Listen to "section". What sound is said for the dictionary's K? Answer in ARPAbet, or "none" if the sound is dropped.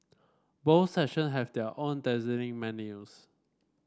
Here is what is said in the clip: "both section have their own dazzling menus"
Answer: none